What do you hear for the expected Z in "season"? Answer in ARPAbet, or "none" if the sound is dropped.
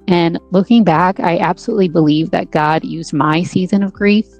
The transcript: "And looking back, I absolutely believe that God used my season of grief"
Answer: Z